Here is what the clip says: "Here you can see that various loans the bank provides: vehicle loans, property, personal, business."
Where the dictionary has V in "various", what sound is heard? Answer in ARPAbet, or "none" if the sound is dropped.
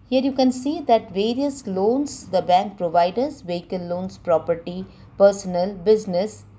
V